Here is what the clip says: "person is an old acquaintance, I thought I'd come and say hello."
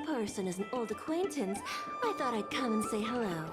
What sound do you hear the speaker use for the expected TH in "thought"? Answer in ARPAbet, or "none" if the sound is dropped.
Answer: TH